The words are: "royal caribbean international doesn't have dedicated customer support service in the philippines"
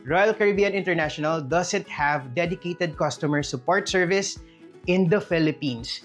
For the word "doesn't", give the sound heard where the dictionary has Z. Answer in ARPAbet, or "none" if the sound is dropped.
S